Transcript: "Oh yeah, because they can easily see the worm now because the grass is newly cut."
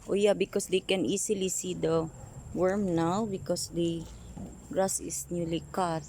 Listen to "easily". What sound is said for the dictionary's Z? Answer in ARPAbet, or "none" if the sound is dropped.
S